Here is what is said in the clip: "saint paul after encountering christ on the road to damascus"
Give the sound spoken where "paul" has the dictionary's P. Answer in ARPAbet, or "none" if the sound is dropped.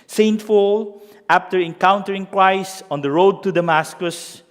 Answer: F